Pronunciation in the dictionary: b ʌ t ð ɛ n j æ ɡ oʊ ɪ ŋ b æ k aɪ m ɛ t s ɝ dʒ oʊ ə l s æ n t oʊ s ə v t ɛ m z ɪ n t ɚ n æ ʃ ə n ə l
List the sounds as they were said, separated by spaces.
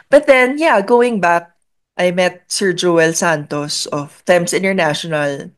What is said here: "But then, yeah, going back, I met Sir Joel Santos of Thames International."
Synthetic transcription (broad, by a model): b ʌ t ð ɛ n j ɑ ɡ oʊ ɪ ŋ b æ k aɪ m ɛ t s ɝ dʒ oʊ ə l s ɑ n t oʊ s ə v t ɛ m s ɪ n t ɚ n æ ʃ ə n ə l